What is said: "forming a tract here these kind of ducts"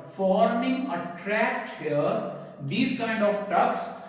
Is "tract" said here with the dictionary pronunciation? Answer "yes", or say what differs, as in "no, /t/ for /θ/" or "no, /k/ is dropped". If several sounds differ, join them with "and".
yes